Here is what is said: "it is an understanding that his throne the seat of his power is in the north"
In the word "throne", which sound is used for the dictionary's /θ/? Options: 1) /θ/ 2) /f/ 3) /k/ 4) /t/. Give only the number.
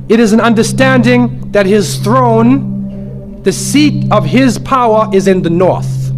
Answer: 1